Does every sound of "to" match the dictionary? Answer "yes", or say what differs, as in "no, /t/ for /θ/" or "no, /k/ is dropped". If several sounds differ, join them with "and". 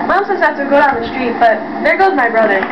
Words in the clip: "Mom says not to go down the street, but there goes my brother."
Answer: no, /s/ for /t/